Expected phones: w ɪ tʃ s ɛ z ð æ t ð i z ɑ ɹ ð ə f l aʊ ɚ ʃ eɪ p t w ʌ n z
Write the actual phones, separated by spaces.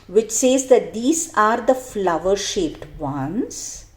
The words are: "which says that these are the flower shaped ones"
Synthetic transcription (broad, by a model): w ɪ tʃ s ɛ z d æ t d i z ɑ ɹ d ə f l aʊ ɚ ʃ eɪ p t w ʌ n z